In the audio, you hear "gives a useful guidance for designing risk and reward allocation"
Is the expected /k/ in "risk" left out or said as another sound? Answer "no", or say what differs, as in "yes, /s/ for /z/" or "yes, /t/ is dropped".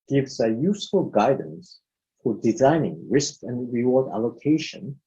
no